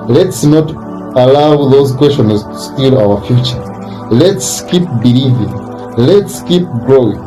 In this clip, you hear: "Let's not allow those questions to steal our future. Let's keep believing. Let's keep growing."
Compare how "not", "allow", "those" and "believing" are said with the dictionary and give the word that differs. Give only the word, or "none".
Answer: none